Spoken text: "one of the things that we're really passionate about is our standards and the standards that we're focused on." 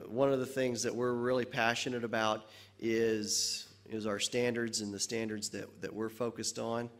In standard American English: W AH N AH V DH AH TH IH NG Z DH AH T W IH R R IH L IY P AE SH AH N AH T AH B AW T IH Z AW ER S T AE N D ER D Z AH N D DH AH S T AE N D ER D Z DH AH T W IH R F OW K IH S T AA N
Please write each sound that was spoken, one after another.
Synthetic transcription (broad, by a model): W AH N AH V DH AH TH IH NG Z DH AH T W IH R R IH L IY P AE SH AH N AH T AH B AW T IH Z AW ER S T AE N D ER D Z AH N DH AH S T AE N D ER D Z DH AH T W IH R F OW K IH S T N